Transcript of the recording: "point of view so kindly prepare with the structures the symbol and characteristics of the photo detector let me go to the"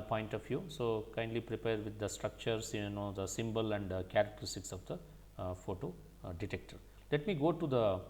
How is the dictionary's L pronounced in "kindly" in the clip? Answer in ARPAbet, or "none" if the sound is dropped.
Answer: L